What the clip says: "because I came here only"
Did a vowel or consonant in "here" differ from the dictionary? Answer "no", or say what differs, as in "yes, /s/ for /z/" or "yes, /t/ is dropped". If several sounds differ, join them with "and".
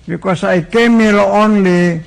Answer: yes, /l/ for /ɹ/